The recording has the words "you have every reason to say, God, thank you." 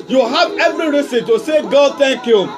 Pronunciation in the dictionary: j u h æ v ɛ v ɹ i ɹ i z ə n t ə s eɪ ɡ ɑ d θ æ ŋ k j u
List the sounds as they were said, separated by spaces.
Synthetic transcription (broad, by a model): j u h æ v ɛ v ɹ i ɹ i s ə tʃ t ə s eɪ ɡ ɑ d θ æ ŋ k j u